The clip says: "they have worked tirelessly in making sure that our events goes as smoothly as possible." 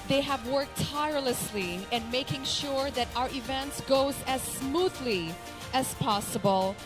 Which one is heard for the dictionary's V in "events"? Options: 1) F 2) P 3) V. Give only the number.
3